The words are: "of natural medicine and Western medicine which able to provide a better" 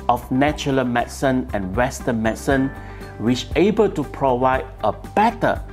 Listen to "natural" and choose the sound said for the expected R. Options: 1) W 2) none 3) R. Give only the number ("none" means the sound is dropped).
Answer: 2